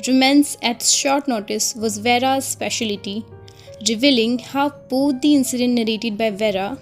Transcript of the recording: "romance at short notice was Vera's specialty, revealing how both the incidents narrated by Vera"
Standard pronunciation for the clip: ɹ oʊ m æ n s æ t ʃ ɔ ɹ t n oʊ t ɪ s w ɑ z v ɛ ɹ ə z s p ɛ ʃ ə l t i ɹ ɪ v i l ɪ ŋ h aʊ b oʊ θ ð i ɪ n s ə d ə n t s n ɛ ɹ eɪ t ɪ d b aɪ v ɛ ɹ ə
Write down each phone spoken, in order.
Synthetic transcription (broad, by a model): ɹ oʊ m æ n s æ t ʃ ɔ ɹ t n oʊ t ɪ s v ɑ z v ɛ ɹ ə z s p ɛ ʃ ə l t i ɹ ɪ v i l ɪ ŋ h aʊ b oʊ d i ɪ n s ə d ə n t n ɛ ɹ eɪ t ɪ d b aɪ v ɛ ɹ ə